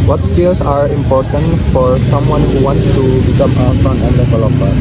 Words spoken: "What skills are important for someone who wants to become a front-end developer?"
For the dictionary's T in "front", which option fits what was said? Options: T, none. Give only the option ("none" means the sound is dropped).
none